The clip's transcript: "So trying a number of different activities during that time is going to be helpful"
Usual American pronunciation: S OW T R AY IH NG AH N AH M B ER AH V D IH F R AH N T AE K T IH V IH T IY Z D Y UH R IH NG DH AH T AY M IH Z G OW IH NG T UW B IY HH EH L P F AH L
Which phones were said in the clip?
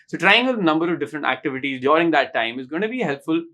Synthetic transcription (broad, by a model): S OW T R AY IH NG AH N AH M B ER AH V D IH F R AH N T AE K T IH V IH T IY Z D Y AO R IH NG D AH T AY M IH Z G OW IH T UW B IY HH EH L P F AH L